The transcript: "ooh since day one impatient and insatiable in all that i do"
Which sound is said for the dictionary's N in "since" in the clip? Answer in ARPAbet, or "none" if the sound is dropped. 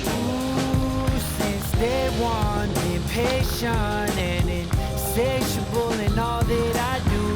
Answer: N